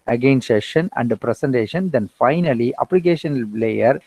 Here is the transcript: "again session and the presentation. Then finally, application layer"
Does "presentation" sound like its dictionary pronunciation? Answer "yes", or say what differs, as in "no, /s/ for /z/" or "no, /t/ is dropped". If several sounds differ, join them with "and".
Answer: no, /s/ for /z/